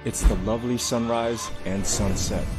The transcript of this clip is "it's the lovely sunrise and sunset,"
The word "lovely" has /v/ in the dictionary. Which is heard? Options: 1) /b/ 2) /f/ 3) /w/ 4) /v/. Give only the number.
4